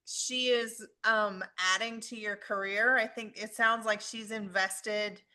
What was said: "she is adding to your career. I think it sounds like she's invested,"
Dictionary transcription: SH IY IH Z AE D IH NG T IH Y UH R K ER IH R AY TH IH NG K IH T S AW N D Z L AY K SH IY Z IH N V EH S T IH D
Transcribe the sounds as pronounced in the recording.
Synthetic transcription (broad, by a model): SH IY IH Z AE D IH NG T IH Y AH R K ER IH R AY TH IH NG K IH T S AW N D Z L AY K SH IY Z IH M V EH S T IH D